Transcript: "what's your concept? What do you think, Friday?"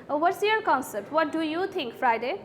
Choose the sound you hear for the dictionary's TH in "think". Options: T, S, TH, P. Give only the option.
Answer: T